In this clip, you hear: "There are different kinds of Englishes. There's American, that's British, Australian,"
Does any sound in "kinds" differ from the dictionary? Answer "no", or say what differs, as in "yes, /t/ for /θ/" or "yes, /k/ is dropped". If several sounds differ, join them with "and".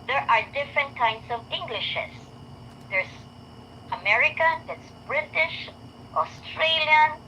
yes, /s/ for /z/